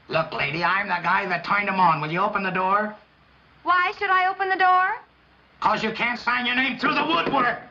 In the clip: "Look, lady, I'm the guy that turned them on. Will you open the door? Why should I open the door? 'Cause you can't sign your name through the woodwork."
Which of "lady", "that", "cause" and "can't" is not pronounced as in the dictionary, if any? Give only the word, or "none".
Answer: none